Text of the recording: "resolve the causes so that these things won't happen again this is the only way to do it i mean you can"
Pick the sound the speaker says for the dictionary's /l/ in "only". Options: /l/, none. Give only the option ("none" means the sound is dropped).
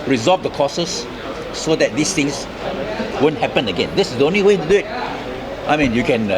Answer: /l/